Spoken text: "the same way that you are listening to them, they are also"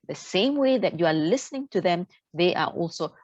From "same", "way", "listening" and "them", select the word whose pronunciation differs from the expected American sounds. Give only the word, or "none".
none